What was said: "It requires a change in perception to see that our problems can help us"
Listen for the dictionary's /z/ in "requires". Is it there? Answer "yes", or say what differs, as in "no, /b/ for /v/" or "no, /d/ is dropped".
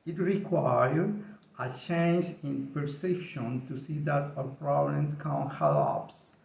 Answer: no, /z/ is dropped